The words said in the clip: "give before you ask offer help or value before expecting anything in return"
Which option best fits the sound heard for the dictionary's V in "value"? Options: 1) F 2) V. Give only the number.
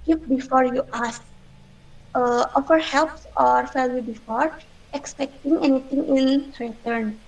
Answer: 1